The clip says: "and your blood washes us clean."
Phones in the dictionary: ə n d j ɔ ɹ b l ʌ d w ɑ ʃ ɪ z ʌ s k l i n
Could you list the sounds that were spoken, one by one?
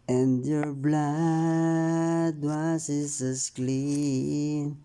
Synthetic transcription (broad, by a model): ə n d j ɔ ɹ b l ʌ d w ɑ s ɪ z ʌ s k l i n